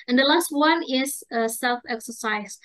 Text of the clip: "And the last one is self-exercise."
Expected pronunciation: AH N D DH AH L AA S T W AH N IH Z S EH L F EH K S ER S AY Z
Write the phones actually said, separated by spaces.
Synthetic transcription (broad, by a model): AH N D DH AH L AA S T W AH N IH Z S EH L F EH K S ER S AY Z